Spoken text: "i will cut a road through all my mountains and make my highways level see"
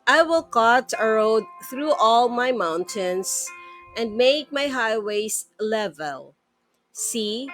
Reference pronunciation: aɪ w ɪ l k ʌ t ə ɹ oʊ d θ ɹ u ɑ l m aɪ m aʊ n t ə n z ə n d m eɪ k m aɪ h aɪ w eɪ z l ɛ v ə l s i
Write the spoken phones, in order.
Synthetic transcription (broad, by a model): aɪ w ɪ l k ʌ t ə ɹ oʊ d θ ɹ u ɑ l m aɪ m aʊ n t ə n s ə n d m eɪ k m aɪ h aɪ w eɪ s l ɛ v ə l s i